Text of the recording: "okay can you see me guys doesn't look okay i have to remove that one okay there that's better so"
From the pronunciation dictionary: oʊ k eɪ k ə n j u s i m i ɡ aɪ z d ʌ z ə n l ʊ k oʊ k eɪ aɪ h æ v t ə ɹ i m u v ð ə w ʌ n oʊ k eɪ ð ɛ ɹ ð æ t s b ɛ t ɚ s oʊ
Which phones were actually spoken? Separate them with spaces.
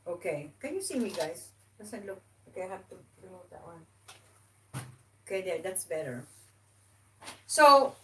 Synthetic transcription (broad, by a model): oʊ k eɪ k ə n j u s i m i ɡ aɪ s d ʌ s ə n l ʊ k oʊ k eɪ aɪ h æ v t ə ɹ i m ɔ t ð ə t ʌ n oʊ k eɪ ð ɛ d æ t s b ɛ t ɚ s oʊ